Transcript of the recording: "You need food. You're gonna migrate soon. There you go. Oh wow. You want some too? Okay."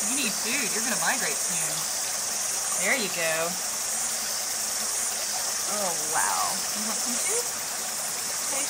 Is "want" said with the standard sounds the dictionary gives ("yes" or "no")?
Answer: no